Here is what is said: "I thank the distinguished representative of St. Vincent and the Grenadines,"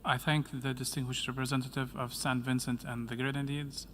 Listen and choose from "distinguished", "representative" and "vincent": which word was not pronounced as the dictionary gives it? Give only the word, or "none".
none